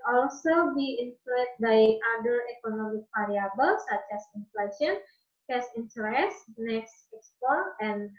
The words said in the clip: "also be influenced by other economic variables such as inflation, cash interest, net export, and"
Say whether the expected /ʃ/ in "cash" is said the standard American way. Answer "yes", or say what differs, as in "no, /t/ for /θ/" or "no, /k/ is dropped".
no, /s/ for /ʃ/